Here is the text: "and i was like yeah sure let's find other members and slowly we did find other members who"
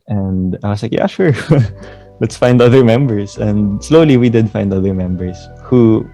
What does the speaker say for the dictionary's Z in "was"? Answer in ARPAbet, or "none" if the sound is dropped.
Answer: S